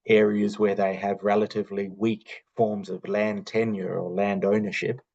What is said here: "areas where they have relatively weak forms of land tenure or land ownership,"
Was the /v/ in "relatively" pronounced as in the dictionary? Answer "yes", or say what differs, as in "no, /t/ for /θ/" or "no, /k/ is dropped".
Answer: yes